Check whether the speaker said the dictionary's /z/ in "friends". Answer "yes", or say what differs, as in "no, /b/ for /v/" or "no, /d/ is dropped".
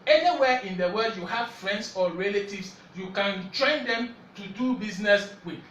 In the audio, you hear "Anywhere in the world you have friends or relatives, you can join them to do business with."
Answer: no, /s/ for /z/